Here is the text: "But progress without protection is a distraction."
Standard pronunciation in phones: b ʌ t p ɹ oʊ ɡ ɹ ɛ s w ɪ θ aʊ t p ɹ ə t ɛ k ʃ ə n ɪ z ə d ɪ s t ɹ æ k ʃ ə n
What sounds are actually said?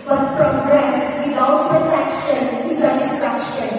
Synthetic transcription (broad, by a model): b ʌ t p ɹ oʊ ɡ ɹ ɛ s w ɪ t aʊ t p ɹ ə t ɛ k ʃ ə n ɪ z ə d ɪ s t ɹ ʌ k ʃ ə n